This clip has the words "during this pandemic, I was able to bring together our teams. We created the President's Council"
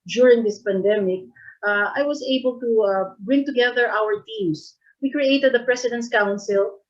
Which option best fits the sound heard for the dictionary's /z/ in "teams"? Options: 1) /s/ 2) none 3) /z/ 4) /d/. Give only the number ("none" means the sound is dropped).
1